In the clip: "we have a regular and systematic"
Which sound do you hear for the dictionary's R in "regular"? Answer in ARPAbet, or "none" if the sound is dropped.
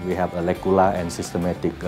L